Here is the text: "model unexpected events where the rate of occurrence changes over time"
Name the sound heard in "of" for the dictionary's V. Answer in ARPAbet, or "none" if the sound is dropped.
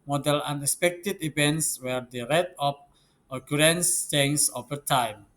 P